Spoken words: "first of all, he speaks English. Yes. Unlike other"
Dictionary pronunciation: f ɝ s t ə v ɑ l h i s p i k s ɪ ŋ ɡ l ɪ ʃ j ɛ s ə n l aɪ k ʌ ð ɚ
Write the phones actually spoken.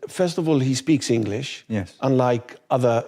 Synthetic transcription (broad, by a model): f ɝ s t ə v ɑ l h i s p i k s ɪ ŋ ɡ l ɪ ʃ j ɛ s ə n l aɪ k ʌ ð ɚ